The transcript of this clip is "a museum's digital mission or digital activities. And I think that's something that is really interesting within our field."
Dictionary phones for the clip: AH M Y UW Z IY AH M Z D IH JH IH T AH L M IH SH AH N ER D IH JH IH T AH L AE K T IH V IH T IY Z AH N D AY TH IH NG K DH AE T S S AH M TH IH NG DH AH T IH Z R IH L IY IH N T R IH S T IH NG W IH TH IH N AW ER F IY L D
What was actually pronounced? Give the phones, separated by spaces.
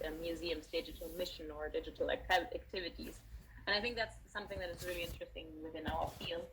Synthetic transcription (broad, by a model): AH M Y UW Z IY AH M Z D IH JH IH T L M IH SH AH N ER D IH JH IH T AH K AE K T IH V IH T IY Z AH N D AY TH IH NG K DH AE T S S AH M TH IH NG DH AH T IH Z R IH L IY IH N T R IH S T IH NG W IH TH IH N AW ER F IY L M